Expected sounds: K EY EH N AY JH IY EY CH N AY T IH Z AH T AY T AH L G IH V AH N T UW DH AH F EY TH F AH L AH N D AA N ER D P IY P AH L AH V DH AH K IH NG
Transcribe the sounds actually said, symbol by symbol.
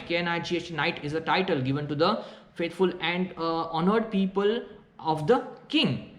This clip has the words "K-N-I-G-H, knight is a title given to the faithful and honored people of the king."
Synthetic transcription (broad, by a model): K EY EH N AY JH IY EY CH N AY T IH Z AH T AY T AH L G IH V AH N T UW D AH F EY T F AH L AH N D AA N ER D P IY P AH L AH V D AH K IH NG